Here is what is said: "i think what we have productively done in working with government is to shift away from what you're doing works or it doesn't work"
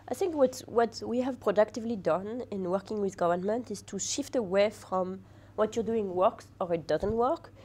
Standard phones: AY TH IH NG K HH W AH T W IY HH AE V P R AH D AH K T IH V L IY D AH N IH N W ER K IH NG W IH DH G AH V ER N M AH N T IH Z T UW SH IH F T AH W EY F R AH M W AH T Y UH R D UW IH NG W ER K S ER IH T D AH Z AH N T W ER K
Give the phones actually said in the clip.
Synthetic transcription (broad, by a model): AY TH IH NG K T W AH T W IY HH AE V P R AH D AH K T IH V L IY D AH N IH N W ER K IH NG W IH DH G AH V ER N M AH N T IH Z T UW SH IH F T AH W EY F R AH M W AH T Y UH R D UW IH NG W ER K S ER IH T D AH Z AH N T W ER K